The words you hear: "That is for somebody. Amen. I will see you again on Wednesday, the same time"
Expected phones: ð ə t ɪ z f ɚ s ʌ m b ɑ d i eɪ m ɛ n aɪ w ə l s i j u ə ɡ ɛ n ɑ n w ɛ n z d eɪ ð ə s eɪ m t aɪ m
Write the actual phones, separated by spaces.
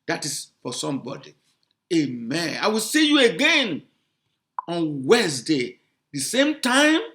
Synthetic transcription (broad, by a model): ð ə t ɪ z f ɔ s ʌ m b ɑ d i eɪ m ɛ n aɪ w ə l s i j u ə ɡ ɛ n ɑ n w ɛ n s d eɪ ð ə s eɪ m t aɪ m